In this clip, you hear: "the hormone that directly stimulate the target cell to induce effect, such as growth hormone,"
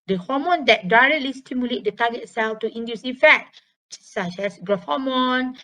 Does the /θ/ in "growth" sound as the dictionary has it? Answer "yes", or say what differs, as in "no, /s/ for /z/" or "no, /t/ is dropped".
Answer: no, /f/ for /θ/